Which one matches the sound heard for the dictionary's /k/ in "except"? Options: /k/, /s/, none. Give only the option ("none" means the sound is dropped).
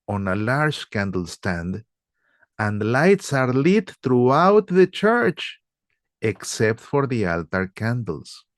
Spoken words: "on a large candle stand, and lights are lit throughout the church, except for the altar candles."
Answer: /k/